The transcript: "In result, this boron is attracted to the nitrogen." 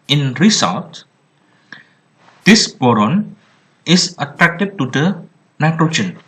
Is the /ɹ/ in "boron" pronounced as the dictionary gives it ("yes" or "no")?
yes